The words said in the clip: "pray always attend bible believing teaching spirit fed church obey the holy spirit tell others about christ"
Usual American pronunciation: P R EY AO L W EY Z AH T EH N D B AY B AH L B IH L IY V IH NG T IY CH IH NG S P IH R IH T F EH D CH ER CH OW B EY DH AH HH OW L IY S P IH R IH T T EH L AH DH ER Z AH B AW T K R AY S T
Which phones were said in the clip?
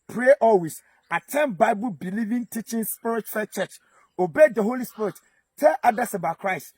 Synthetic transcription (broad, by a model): P R EY AO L W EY S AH T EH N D B AY B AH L B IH L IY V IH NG T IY CH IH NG S P IH R IH T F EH CH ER CH OW B EY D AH HH OW L IY S P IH R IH T T EH L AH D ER S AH B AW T K R AY S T